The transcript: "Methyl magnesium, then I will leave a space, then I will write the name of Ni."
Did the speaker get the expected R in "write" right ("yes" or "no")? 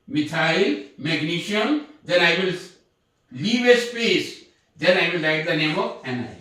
no